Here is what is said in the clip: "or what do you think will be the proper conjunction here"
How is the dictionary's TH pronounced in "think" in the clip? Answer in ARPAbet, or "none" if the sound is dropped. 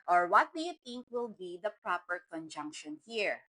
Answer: T